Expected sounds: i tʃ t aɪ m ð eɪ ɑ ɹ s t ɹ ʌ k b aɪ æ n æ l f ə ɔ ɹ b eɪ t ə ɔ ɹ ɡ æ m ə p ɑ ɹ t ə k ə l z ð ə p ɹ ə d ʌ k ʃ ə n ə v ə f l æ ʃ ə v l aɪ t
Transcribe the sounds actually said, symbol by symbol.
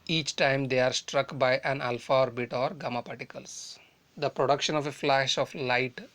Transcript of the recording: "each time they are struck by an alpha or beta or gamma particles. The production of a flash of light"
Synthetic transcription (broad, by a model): i tʃ t aɪ m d eɪ ɑ ɹ s t ɹ ʌ k b aɪ æ n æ l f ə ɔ ɹ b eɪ t ɔ ɹ ɡ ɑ m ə p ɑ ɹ t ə k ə l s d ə p ɹ ə d ʌ k ʃ ə n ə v ə f l æ ʃ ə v l aɪ t